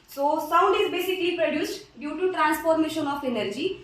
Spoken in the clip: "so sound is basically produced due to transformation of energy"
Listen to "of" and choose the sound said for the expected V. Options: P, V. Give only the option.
P